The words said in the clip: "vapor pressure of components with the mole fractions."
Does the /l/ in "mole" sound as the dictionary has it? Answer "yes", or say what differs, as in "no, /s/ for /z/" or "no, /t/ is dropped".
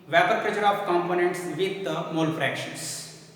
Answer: yes